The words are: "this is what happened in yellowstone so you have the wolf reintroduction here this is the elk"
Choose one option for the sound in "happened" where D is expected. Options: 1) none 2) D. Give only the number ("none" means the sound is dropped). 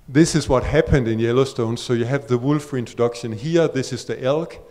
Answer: 2